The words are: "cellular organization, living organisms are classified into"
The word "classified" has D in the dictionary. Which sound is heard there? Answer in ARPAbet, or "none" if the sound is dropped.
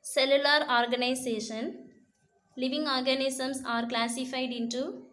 D